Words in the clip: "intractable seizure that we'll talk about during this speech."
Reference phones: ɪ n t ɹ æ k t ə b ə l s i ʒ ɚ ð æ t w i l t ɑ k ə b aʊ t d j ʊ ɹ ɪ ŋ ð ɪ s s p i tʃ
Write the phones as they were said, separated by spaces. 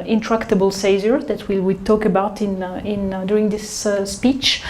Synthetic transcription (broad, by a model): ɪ n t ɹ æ k t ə b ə l s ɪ z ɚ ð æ t w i w t ɑ k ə b aʊ t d j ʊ ɹ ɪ ŋ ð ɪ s s p i tʃ